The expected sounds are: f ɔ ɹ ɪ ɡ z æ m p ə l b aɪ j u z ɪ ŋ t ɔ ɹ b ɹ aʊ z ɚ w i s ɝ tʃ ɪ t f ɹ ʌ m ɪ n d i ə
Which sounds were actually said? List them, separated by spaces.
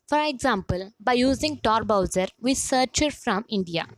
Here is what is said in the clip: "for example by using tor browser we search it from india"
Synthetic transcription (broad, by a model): f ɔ ɹ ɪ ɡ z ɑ m p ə l b aɪ j u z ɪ ŋ t ɔ ɹ b aʊ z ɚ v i s ɝ tʃ ɪ t f ɹ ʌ m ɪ n d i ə